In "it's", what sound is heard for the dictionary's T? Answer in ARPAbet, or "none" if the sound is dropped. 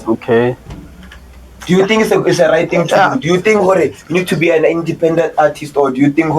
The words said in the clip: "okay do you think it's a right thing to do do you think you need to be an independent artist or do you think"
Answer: S